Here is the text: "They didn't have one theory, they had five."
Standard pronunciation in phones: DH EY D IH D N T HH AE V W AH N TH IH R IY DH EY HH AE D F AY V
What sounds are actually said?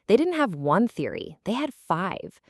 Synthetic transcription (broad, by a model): DH EY D IH D N T HH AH V W AH N TH IH R IY DH EY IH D F AY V